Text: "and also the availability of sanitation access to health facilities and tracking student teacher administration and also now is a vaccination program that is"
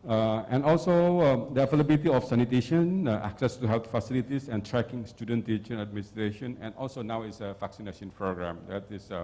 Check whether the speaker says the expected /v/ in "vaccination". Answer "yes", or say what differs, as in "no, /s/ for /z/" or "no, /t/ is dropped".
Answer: no, /f/ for /v/